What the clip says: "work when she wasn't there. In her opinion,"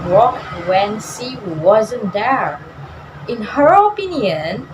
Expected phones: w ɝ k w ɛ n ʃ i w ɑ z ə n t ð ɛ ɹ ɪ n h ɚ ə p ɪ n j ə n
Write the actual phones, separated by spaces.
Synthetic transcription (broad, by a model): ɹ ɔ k w ɛ n s i w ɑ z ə n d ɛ ɹ ɪ n h ɚ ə p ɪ n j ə n